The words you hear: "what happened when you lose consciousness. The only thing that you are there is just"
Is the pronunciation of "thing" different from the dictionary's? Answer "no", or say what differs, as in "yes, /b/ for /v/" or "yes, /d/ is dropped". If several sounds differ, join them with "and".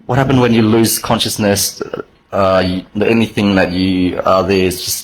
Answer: no